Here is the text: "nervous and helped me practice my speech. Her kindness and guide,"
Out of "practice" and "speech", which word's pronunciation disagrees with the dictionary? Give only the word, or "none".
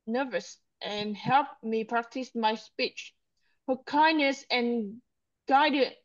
none